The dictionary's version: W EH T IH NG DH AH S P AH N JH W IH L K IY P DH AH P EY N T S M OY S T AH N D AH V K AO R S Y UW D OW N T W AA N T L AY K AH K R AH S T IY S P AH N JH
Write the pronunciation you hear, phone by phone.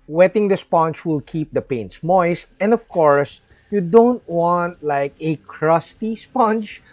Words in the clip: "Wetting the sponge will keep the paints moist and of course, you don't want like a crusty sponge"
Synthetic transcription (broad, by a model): W EH T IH NG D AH S P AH N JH W IH L K IY P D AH P EY N T S M OY S T AH N D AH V K AO R S Y UW D OW N T W AA N T L AY K AH K R AH S T IY S P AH N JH